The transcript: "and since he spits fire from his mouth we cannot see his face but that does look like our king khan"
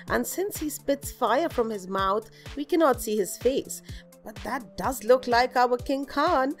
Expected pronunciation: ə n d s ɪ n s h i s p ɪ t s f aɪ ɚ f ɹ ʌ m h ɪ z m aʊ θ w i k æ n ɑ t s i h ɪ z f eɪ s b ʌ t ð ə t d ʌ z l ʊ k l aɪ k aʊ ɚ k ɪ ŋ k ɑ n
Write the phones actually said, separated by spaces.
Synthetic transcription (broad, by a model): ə n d s ɪ n s h i s p ɪ t s f aɪ ɚ f ɹ ʌ m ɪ z m aʊ θ w i k æ n ɑ t s i h ɪ z f eɪ s b ʌ t ð ə t d ʌ z l ʊ k l aɪ k aʊ ɚ k ɪ ŋ k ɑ n